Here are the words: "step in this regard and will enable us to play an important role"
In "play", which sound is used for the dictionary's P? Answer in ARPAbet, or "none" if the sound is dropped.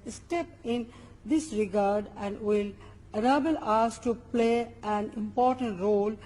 P